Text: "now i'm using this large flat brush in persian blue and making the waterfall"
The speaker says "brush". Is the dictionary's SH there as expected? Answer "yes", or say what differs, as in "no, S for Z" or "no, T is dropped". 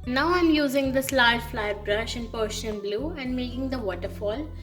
yes